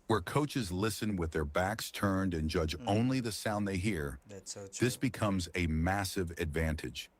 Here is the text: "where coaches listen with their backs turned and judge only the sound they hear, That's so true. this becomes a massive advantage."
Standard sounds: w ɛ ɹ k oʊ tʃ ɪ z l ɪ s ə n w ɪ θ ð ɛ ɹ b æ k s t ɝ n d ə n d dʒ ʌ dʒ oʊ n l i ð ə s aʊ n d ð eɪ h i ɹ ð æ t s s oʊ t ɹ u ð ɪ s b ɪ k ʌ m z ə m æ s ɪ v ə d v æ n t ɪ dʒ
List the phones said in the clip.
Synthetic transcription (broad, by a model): w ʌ ɹ k oʊ tʃ ɪ z l ɪ s ə n w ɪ ð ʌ ɹ b æ k s t ɝ n d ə n dʒ ʌ dʒ oʊ n l i ð ə s aʊ n ð eɪ h i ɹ ɹ ð ɪ s b ɪ k ʌ m z ə m æ s ɪ v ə d v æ n t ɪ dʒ